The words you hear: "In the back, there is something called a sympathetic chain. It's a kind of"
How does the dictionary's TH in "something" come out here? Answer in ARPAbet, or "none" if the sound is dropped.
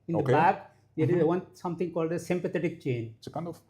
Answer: T